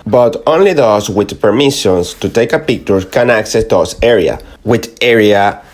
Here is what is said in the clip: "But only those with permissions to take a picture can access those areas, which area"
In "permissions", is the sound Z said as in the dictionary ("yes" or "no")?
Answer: no